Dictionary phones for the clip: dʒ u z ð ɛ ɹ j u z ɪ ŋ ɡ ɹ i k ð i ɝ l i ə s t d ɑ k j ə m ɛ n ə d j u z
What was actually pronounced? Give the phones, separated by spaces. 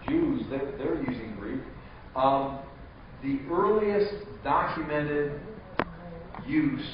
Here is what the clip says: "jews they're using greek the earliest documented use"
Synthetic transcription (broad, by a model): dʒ u z ð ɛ ɹ j u z ɪ ŋ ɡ ɹ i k ð i ɝ l i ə s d ɑ k j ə m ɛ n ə d j u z